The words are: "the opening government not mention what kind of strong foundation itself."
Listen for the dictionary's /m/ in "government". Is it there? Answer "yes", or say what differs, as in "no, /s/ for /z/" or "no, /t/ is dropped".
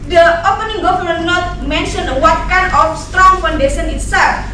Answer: no, /m/ is dropped